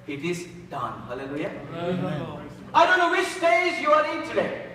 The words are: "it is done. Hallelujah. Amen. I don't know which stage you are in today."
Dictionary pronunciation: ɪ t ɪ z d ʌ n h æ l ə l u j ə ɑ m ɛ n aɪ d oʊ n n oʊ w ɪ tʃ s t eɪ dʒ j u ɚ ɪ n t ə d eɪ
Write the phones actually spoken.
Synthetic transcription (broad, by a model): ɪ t ɪ z d ʌ n h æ l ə l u j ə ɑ ɪ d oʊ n n oʊ w ɪ tʃ s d eɪ z j u ɚ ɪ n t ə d eɪ